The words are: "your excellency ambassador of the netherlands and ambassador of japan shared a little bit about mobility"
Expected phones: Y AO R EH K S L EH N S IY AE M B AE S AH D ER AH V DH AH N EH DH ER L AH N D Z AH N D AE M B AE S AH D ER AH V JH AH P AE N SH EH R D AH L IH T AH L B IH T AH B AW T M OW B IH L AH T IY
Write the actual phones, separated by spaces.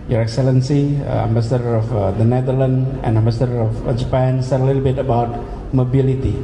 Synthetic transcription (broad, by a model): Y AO R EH K S L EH N S IY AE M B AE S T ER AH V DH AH N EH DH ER L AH N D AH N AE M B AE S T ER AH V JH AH P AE N S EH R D AH L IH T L B IH T AH B AW T M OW B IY L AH T IY